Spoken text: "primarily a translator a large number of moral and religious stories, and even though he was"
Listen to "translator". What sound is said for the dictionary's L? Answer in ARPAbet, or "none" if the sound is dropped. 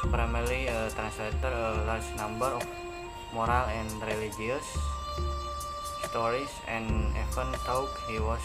L